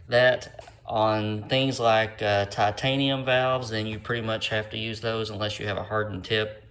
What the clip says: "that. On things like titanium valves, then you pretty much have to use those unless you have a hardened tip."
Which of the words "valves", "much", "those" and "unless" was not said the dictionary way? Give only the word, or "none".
none